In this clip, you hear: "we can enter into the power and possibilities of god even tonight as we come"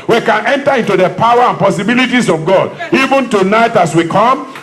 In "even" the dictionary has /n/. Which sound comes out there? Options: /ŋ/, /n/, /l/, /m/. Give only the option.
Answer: /n/